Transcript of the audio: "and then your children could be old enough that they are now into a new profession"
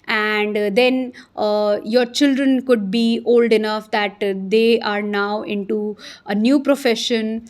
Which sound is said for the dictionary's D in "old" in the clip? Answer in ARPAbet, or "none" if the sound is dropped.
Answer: D